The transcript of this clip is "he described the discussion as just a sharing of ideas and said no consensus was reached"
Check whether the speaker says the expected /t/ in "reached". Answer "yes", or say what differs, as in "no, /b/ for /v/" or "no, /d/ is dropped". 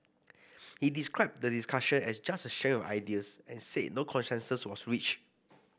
no, /t/ is dropped